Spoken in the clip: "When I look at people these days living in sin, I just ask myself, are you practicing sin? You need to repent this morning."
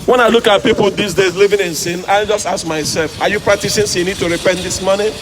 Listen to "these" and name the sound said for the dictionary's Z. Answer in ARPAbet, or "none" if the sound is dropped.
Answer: S